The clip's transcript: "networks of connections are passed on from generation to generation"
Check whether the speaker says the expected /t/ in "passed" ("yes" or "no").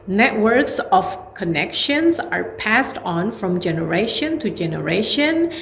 yes